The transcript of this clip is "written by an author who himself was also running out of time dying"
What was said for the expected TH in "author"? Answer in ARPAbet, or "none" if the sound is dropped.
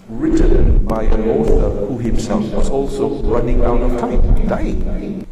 T